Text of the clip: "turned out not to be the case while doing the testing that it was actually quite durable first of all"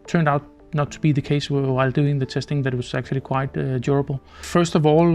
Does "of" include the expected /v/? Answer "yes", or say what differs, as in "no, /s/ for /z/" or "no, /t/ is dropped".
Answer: yes